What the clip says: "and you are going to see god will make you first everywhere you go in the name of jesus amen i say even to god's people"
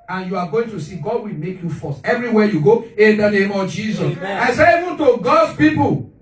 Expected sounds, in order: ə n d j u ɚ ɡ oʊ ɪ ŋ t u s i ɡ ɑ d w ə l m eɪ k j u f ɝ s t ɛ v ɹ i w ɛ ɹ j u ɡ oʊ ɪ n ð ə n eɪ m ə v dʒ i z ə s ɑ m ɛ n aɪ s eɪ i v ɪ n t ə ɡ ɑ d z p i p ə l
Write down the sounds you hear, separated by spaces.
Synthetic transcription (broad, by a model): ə n j u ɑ ɡ oʊ ɪ ŋ t u s i ɡ ɑ d w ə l m eɪ k j u f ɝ s t ɛ v ɹ i w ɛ j u ɡ oʊ ɪ n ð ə n eɪ m ə v dʒ i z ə s ɑ ɪ s eɪ i v ɪ n t ə ɡ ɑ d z p i p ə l